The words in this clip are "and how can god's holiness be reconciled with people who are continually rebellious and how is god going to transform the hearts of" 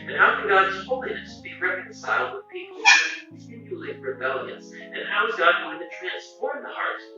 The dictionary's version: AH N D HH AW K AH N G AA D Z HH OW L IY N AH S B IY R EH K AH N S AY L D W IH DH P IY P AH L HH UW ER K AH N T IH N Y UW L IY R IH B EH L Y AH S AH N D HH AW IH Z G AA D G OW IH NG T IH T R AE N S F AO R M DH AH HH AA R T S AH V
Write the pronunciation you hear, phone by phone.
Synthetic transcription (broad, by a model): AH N HH AW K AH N G AA D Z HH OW L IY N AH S B IY R EH K AH N S AY L D W IH DH P IY P L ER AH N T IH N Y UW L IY R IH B EH L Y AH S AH N HH AW IH Z G AA D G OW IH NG T IH T R AE N S F AO R M DH AH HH AA R T